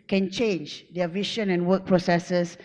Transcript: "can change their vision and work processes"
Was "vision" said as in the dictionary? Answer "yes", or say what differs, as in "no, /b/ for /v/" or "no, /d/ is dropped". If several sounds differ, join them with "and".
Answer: no, /ʃ/ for /ʒ/